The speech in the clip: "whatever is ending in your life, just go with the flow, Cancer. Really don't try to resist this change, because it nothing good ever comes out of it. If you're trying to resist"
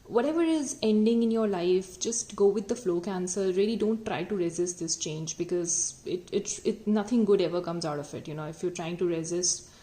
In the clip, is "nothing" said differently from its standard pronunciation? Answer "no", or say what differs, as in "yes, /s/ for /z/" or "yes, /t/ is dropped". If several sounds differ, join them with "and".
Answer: yes, /t/ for /θ/